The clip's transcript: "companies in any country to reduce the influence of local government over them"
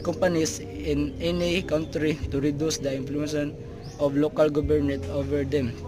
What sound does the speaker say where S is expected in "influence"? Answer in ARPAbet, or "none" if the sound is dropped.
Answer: none